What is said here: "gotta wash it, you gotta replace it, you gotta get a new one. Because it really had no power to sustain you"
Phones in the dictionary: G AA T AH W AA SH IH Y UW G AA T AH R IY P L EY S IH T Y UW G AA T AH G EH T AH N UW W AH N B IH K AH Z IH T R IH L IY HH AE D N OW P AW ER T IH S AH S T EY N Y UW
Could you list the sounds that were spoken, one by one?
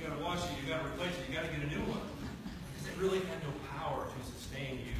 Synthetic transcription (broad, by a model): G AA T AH W AA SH IH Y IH G AA T AH R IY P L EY IH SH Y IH G AA T AH G EH T AH N UW W AH N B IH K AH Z IH T R IH L IY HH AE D N OW P AW ER T IH S AH S T EY N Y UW